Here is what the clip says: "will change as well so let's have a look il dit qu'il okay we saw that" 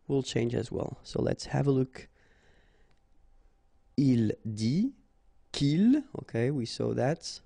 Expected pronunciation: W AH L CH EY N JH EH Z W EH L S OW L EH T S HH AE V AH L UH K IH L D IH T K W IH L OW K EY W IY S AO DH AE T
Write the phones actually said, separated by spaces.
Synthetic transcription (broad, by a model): W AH L CH EY N JH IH Z W EH L S OW L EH T S HH AE V AH L UH K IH L D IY K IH L OW K EY W IY S AO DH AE T